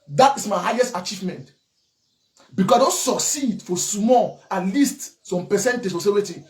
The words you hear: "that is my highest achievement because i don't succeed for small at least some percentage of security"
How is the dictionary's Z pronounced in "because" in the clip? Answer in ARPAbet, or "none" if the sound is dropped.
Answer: S